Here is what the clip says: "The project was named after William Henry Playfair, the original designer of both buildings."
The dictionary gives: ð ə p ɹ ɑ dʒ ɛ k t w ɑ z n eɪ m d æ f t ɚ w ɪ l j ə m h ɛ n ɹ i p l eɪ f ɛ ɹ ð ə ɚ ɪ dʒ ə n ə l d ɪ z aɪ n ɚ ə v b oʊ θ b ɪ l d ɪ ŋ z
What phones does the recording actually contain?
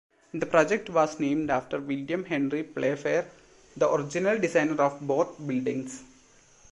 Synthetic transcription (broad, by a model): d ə p ɹ ɑ dʒ ɛ k t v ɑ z n eɪ m d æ f t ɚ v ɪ l j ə m h ɛ n ɹ i p l eɪ f ɛ ɹ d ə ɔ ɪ dʒ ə n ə l d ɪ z aɪ n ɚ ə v b oʊ t b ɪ l d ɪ ŋ s